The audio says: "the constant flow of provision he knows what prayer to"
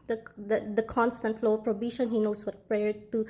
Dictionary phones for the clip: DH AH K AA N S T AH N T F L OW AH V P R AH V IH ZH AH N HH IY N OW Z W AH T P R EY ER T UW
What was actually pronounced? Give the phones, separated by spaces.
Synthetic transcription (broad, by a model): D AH K AA N S T AH N T F L OW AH P R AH B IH SH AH N HH IY N OW S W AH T P R EY ER T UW